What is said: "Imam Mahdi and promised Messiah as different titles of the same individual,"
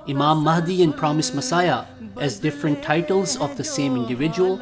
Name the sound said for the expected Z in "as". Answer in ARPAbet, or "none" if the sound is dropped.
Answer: Z